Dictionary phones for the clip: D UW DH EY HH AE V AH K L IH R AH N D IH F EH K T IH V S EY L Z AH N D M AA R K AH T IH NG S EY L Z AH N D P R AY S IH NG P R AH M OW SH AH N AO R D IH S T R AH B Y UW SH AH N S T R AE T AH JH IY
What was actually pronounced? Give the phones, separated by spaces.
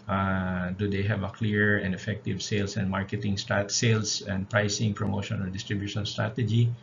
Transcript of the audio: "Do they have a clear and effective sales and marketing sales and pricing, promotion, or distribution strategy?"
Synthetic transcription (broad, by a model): D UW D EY HH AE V AH K L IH R AH N D IH F EH K T IH V S EY L S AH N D M AA R K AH T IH NG S EY L S AH N D P R AY S IH NG P R AH M OW SH AH N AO L D IH S T R AH B Y UW SH AH N S T R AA T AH JH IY